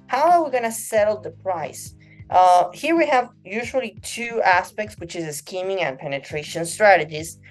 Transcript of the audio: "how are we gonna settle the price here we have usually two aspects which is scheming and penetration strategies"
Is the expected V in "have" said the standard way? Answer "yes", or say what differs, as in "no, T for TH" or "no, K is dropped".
yes